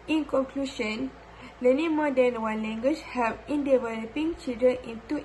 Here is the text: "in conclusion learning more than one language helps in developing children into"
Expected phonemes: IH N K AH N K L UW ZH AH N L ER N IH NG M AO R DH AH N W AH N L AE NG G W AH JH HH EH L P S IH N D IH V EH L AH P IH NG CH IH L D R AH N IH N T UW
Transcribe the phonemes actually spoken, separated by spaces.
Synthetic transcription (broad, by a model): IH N K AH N K L UW SH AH N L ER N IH M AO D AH N W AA N L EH NG G W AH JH HH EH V IH N D IH V EH L AH P IH NG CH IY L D AH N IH N T UW